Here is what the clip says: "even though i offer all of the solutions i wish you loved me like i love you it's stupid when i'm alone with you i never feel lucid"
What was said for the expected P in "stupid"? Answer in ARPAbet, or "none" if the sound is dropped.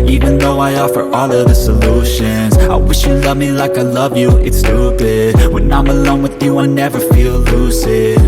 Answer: B